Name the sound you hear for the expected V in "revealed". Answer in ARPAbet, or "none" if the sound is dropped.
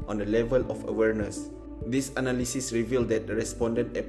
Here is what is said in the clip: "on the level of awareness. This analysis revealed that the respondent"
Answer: V